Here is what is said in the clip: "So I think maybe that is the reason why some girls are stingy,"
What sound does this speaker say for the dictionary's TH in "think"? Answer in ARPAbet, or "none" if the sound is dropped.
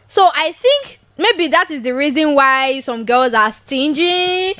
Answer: TH